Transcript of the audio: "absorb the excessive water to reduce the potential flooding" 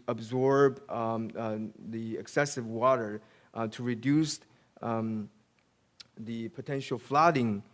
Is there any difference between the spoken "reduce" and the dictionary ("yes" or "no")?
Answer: no